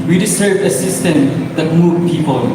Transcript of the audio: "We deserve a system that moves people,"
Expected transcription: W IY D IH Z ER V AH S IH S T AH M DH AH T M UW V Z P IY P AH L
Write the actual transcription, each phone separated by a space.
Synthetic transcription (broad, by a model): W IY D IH S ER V AH S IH S T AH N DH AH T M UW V P IY P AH L